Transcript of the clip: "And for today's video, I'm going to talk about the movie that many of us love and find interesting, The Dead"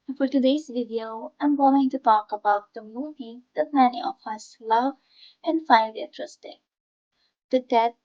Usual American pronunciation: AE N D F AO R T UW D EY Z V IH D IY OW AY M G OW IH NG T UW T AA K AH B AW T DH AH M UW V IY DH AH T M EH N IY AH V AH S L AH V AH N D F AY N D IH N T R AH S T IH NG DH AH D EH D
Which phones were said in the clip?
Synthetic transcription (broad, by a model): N F AO R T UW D EY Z V IH D IY OW AY M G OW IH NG T UW T AA K AH B AW T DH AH M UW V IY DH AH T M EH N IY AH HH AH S L AH V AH N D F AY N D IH T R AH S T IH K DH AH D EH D